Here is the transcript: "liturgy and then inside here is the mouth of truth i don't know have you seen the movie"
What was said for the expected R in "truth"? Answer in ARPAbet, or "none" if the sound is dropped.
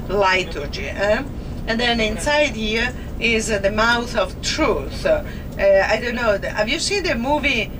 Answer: R